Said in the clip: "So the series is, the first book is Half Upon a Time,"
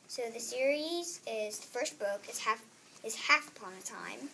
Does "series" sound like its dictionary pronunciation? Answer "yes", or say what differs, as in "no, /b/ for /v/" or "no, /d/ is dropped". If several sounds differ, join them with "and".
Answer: yes